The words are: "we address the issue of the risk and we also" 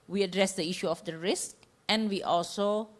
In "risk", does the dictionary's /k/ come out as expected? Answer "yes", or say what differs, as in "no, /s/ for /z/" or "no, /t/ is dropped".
yes